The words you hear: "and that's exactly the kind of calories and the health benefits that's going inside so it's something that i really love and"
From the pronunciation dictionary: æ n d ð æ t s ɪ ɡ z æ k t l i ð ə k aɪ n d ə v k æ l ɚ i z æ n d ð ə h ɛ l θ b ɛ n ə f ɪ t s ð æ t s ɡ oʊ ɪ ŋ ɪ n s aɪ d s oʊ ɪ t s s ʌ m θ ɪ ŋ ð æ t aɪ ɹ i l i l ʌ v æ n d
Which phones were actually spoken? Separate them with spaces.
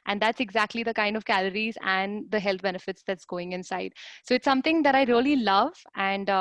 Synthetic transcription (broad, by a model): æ n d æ t s ɪ ɡ z æ k t l i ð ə k aɪ n d ə v k æ l ɚ i z æ n d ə h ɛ l t b ɛ n ə f ɪ t s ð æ t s ɡ oʊ ɪ ŋ ɪ n s aɪ d s oʊ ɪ t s s ʌ m t ɪ ŋ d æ t aɪ ɹ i l i l ʌ v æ n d